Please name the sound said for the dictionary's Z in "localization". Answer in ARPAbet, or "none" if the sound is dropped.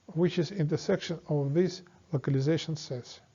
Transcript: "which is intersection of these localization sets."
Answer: Z